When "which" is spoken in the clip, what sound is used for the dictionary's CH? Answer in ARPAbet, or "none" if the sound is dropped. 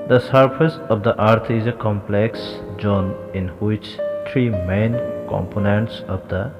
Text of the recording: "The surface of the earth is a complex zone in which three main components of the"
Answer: CH